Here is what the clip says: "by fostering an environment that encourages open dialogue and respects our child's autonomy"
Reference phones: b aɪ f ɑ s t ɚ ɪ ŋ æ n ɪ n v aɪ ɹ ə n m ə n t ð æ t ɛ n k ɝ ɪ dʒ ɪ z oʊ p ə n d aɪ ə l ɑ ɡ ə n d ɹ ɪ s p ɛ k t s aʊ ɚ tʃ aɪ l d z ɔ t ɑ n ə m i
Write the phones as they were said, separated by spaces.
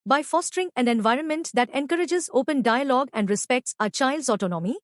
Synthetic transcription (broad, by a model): b aɪ f ɑ s t ɚ ɪ ŋ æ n ɪ n v aɪ ɹ ə n m ə n t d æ t ɛ n k ɝ ɪ dʒ ɪ z oʊ p ə n d aɪ ə l ɑ ɡ ə n d ɹ ɪ s p ɛ k t s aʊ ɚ tʃ aɪ l d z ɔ t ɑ n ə m i